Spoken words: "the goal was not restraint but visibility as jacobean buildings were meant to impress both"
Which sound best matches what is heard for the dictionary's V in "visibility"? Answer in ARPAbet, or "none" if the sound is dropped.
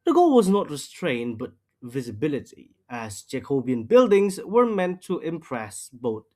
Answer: V